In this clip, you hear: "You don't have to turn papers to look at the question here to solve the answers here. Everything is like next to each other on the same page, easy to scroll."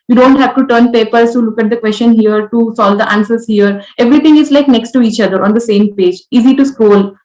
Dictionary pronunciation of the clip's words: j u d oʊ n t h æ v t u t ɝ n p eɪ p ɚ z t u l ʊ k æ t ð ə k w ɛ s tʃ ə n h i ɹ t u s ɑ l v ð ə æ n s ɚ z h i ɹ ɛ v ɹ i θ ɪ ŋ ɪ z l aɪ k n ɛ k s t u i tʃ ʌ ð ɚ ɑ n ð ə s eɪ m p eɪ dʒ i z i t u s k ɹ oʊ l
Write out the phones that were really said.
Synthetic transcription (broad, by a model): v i d oʊ n t h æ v t u t ɝ n p eɪ p ɚ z t u l ʊ k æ t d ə k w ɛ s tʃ ə n h i ɹ t u s ɑ l v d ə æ n s ɚ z h i ɹ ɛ v ɹ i t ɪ ŋ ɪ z l aɪ k n ɛ k s t u i tʃ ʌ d ɚ ɑ n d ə s eɪ m p eɪ dʒ i z i t u s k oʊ l